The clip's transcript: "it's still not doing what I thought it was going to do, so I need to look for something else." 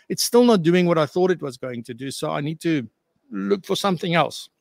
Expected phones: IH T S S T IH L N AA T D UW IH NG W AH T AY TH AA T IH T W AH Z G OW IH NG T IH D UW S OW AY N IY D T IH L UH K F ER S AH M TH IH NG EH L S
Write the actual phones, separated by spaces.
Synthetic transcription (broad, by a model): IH T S S T IH L N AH T D UW IH NG W AH T AY TH AA T IH T W AH Z G OW IH NG T IH D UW S OW AY N IY D T IH L UH K F ER S AH M TH IH NG EH L S